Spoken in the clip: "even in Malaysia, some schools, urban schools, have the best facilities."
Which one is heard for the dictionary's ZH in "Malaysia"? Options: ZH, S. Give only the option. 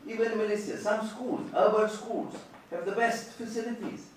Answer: S